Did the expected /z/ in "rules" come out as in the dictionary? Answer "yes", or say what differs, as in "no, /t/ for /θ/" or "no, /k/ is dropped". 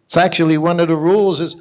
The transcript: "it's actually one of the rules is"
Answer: yes